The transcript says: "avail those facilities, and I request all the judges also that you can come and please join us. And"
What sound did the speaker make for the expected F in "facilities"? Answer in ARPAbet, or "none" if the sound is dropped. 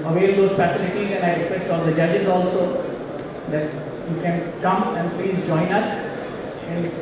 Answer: P